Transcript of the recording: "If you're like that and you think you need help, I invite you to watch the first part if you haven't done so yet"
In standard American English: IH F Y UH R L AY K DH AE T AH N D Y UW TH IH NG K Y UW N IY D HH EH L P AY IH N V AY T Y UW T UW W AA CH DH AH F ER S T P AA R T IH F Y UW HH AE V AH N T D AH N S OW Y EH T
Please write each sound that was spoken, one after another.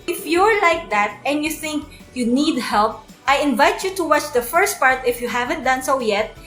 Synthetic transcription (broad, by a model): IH F Y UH R L AY K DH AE T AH N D Y UW TH IH NG K Y UW N IY D HH EH L P AY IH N V AY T Y UW T UW W AA CH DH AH F ER S T P AA R T IH F Y UW HH AE V AH N T D AH N S OW Y EH T